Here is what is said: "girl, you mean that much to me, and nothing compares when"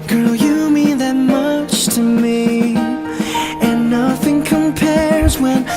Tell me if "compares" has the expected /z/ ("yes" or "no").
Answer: yes